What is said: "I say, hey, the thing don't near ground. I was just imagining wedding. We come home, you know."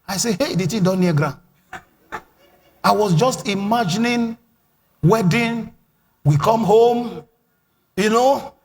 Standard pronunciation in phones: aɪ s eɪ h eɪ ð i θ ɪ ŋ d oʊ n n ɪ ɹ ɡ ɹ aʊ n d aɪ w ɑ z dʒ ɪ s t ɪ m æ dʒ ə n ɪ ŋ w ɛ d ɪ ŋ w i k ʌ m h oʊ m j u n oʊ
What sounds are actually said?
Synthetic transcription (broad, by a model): aɪ s eɪ h eɪ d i t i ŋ d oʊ n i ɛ ɡ ɹ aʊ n aɪ w ɑ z dʒ ɪ s t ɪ m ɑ dʒ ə n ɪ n w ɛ d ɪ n w i k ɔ m h oʊ m j u n oʊ